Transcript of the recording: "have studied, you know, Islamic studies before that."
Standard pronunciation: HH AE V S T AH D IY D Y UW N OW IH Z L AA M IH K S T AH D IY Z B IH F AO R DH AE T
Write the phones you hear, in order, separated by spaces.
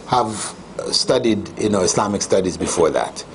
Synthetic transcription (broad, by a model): HH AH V S T AH D IY D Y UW N OW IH S L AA M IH K S T AH D IY Z B IH F AO R DH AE T